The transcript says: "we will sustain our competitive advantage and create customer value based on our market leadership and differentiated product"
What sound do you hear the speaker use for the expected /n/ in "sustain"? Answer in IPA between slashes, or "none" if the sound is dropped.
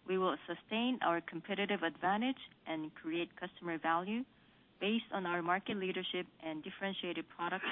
/n/